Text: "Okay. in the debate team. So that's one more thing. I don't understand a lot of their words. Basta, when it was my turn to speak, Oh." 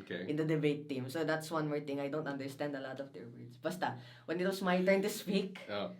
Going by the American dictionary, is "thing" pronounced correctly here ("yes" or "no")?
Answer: no